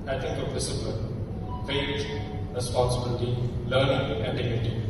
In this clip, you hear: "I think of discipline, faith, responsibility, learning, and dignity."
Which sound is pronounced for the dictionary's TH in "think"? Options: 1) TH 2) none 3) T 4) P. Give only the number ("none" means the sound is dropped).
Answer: 3